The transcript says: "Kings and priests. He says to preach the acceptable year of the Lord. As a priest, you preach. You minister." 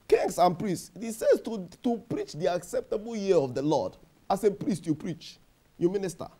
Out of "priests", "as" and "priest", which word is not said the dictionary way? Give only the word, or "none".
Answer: as